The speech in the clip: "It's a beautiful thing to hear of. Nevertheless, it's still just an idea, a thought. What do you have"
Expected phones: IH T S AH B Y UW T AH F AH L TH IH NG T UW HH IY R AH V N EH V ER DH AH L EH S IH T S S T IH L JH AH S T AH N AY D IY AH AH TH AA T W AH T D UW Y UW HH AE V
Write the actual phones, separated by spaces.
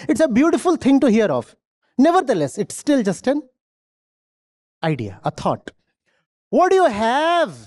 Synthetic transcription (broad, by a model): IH T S AH B Y UW T AH F AH L T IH NG T UW HH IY R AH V N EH V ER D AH L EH S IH T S S T IH L JH AH S T AH N AY D IY AH AH T AA T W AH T D UW Y UW HH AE V